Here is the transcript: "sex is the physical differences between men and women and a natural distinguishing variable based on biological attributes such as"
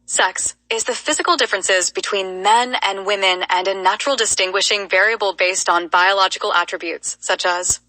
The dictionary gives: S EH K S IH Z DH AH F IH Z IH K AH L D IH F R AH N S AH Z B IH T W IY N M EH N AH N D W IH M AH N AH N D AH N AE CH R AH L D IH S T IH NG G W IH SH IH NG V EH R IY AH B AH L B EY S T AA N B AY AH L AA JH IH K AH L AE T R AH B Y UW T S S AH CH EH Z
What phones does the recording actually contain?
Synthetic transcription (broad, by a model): S EH K S IH Z DH AH F IH Z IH K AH L D IH F R AH N S AH Z B IH T W IY N M EH N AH N W IH M AH N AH N AH N AE CH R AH L D IH S T IH NG G W IH SH IH NG V EH R IY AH B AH L B EY S T N B AY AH L AA JH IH K L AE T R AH B Y UW T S S AH CH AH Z